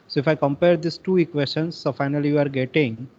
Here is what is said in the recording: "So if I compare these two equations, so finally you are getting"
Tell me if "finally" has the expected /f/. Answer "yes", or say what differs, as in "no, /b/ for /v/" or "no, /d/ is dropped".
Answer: yes